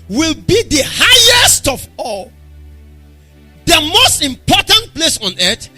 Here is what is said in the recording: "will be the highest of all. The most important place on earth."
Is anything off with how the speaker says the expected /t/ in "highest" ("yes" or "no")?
no